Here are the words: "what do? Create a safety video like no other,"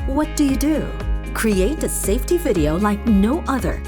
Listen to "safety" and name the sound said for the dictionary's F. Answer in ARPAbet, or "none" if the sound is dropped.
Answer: F